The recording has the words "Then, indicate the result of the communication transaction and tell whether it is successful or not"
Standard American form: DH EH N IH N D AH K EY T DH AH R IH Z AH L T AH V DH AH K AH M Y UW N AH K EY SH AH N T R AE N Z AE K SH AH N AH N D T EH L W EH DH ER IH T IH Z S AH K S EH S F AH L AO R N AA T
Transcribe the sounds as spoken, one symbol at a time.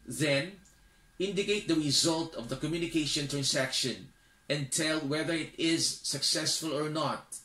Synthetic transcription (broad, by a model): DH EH N IH N D AH K EY T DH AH R IH Z AH L T AH V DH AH K AH M Y UW N AH K EY SH AH N T R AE N S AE K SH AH N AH N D T EH L W EH DH ER IH T IH Z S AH K S EH S F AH L AO R N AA T